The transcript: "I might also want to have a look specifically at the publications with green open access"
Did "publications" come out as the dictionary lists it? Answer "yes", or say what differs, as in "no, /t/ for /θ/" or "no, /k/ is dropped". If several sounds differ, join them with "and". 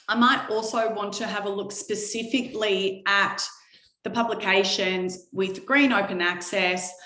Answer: yes